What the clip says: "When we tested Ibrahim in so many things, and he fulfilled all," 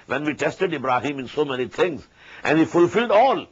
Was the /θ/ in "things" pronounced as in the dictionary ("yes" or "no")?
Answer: no